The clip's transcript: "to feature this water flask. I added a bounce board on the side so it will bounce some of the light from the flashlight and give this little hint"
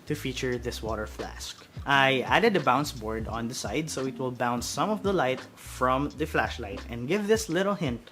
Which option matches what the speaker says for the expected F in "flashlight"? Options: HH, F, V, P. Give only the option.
F